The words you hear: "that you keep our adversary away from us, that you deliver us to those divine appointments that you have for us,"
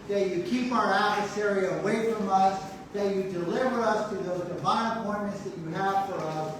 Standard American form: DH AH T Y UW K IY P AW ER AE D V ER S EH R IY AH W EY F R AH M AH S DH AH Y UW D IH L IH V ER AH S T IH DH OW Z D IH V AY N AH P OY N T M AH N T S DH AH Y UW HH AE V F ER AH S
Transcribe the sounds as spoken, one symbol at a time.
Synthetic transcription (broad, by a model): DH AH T Y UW K IY P AW ER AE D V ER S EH R IY AH W EY F R AH M AH S DH AH Y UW D IH L IH V ER AH S T IH DH OW Z D IH V AY N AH P OY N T M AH N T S DH AH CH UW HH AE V F ER AH S